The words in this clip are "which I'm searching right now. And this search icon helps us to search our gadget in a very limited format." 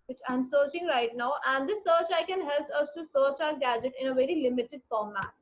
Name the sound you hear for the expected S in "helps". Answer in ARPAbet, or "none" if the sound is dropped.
none